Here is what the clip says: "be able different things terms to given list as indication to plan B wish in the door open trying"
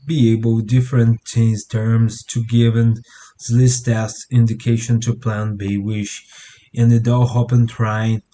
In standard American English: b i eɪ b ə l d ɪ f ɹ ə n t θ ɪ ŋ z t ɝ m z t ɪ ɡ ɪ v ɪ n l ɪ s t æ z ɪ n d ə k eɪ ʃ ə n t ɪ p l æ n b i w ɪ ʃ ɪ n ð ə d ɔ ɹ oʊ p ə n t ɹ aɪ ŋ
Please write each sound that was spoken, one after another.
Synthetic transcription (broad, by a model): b i eɪ b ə l d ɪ f ɹ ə n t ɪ z t ɝ m z t ɪ ɡ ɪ v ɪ n l ɪ s t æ s ɪ n d ə k eɪ ʃ ə n t ɪ p l æ n b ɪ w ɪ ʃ ɪ n ð ə d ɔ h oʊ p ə n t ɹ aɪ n